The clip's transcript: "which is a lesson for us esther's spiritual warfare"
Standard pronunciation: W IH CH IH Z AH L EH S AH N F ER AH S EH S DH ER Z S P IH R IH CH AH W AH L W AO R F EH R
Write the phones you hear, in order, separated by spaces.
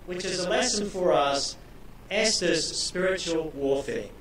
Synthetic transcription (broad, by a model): W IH CH IH Z AH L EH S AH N F ER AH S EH S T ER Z S P IH R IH CH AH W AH L W AO F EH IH